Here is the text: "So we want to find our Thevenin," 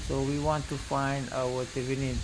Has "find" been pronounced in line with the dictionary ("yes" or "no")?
yes